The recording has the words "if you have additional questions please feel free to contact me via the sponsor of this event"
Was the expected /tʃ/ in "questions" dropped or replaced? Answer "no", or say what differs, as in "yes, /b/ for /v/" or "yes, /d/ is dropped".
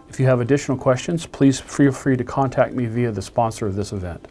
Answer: no